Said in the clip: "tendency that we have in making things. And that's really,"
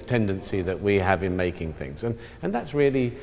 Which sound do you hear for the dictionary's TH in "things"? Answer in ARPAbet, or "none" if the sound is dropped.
TH